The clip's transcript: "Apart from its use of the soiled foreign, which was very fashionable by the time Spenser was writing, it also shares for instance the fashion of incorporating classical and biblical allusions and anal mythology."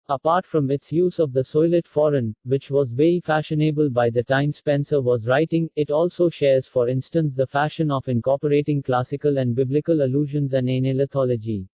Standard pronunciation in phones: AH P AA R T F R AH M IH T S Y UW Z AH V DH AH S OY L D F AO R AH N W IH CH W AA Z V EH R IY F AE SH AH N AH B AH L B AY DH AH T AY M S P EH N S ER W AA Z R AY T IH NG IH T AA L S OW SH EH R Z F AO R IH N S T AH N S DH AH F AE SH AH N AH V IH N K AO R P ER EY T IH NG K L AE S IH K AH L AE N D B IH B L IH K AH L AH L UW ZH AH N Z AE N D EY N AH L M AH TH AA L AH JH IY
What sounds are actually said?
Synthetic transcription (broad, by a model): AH P AA R T F R AH M IH T S Y UW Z AH V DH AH S OY L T F AO R AH N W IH CH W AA Z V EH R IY F AE SH AH N AH B AH L B AY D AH T AY M S P EH N S ER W AA Z R AY T IH NG IH T AA L S OW SH EH R Z F AO R IH N S T AH N S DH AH F AE SH AH N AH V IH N K AO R P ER EY T IH NG K L AE S IH K AH L AE N D B IH B L IH K AH L AH L UW ZH AH N Z AE N D EY N AH L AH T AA L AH JH IY